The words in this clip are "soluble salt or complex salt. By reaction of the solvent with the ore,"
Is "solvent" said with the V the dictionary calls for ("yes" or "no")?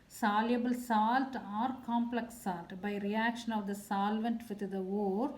yes